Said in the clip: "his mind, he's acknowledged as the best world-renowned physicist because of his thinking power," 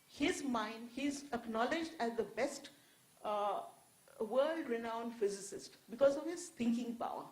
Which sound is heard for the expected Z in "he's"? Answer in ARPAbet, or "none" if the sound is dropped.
Z